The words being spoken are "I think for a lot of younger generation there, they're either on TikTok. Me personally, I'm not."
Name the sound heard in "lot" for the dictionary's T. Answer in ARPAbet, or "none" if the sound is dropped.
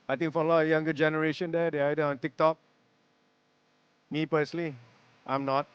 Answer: none